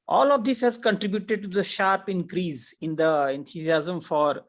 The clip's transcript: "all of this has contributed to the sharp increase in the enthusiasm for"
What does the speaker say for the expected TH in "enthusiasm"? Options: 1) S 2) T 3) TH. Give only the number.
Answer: 2